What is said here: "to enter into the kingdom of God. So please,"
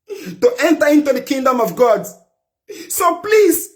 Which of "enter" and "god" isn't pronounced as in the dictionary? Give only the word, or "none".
none